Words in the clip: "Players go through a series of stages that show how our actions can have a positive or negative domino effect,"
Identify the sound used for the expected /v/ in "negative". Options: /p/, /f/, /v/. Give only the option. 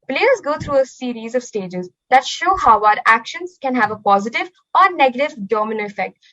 /v/